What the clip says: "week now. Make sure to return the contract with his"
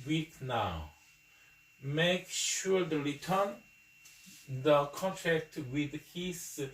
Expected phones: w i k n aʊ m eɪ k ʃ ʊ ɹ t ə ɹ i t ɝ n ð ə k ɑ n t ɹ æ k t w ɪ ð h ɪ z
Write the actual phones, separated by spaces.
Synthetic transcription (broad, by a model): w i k n aʊ m eɪ k ʃ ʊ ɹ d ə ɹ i t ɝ n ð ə k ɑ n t æ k t w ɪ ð h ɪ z